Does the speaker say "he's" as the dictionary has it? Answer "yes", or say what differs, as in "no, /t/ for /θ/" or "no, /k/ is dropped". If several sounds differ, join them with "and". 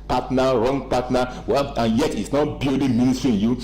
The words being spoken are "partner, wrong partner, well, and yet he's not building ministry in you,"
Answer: no, /s/ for /z/